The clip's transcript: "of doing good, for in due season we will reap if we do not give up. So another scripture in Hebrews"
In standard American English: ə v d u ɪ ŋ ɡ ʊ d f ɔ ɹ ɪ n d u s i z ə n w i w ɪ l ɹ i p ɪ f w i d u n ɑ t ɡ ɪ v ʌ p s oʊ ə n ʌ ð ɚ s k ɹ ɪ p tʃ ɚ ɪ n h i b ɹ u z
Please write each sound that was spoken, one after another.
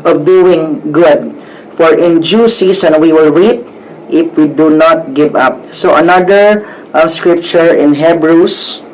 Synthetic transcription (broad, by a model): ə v d u ɪ ŋ ɡ ʊ d f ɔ ɹ ɪ n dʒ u s i s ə n w i w ɪ l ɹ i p ɪ f w i d u n ɑ t ɡ ɪ v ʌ p s oʊ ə n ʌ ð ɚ s k ɹ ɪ p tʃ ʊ ɪ n h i b ɹ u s